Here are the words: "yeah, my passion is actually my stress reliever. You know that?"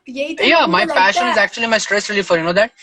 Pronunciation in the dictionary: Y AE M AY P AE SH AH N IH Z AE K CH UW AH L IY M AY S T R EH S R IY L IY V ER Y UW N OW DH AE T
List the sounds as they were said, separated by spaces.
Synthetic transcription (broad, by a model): Y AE M AY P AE SH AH N IH Z AE K CH UW AH L IY M AY S T R EH S R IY L IY F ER Y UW N OW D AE T